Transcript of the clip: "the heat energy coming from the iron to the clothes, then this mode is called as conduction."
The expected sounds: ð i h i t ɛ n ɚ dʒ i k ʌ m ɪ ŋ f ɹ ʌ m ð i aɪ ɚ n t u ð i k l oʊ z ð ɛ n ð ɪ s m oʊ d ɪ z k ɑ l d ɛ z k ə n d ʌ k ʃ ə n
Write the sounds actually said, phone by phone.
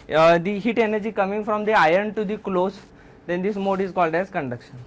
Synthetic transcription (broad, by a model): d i h i t ɛ n ɚ dʒ i k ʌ m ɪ ŋ f ɹ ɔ m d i aɪ ɚ n t u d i k l oʊ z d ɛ n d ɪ s m oʊ d ɪ z k ɑ l d ɛ z k ə n d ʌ k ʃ ə n